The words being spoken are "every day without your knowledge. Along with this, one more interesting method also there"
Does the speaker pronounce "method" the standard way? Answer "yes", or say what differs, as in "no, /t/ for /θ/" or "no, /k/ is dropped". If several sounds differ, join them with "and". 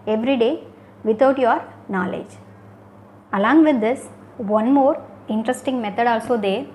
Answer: no, /t/ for /θ/